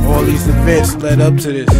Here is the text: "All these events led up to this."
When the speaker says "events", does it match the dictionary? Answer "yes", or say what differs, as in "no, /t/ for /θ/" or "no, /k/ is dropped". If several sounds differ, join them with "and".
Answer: no, /n/ is dropped